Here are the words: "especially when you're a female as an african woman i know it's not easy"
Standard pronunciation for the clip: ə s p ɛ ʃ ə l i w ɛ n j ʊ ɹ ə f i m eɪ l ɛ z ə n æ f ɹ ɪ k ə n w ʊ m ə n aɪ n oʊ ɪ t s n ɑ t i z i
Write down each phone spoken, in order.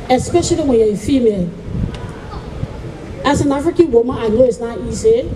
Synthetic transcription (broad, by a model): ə s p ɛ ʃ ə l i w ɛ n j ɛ ə f i m eɪ l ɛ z ə n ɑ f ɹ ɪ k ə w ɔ m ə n aɪ l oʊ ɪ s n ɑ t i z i